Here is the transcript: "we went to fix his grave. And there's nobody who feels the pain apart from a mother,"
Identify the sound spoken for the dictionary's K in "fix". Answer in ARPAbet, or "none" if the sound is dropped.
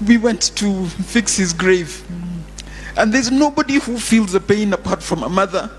K